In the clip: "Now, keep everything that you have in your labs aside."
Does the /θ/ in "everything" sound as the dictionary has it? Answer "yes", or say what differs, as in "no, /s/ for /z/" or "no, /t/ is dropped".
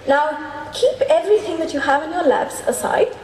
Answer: yes